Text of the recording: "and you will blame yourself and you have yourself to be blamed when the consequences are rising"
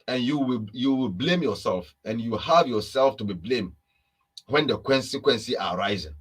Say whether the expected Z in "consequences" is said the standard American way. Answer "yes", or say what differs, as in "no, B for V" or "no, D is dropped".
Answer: no, Z is dropped